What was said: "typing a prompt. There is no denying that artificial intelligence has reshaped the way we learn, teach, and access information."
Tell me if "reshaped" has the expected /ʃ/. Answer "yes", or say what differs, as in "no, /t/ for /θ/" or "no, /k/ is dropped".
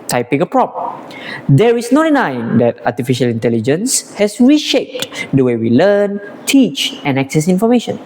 yes